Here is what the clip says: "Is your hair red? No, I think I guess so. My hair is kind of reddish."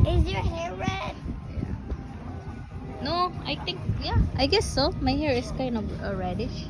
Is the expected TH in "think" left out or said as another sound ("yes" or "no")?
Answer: yes